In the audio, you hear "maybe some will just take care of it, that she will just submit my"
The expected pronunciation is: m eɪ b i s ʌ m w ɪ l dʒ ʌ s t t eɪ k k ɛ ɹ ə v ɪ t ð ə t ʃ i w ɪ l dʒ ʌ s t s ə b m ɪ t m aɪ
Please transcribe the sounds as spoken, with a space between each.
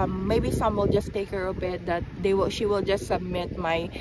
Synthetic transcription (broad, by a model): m eɪ b i s ʌ m w ɪ l dʒ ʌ s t t eɪ k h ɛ ɹ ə b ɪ t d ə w ʃ i w ɪ l dʒ ʌ s t s ə b m ɪ t m aɪ